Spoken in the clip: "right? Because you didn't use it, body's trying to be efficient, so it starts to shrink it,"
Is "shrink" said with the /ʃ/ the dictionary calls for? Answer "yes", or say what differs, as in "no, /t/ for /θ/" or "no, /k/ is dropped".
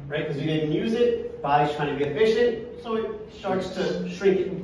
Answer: yes